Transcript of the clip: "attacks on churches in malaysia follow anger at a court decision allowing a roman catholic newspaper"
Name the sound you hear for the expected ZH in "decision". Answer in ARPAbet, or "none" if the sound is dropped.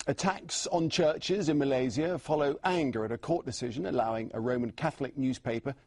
ZH